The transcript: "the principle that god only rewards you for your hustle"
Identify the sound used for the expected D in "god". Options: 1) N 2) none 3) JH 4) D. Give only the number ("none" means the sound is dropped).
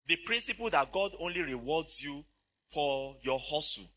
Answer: 4